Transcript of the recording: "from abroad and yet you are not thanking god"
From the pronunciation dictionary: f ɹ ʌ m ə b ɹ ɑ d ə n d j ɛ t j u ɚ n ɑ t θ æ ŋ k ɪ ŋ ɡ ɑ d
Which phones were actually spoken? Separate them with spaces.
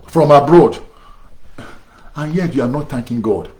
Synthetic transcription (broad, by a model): f ɹ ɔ m ə b ɹ ɑ d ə n j ɛ t j u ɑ n ɑ t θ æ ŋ k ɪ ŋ ɡ ɑ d